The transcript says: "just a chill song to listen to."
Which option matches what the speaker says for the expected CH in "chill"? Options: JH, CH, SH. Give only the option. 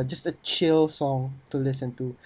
CH